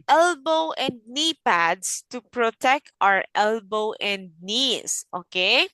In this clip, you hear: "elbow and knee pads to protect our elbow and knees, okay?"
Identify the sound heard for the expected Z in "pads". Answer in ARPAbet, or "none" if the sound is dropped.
S